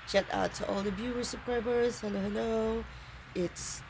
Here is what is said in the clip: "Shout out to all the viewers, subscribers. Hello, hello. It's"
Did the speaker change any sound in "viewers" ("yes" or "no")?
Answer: yes